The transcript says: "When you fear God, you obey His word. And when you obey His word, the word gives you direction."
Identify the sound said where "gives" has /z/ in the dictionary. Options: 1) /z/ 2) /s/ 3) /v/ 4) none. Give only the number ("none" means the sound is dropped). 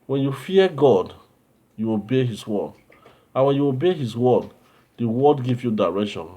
4